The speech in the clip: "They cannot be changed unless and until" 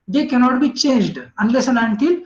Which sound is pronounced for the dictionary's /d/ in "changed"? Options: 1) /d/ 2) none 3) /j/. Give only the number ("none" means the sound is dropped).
1